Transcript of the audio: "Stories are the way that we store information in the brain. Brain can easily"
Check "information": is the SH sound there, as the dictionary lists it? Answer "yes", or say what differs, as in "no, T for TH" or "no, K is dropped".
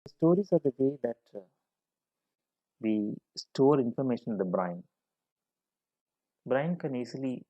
yes